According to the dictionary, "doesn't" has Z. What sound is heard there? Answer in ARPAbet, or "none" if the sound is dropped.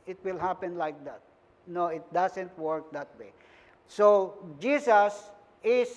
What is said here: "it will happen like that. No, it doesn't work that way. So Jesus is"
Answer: S